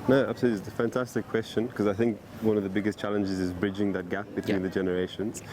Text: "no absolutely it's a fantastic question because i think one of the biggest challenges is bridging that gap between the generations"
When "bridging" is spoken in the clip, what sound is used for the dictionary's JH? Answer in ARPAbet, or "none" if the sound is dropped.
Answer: JH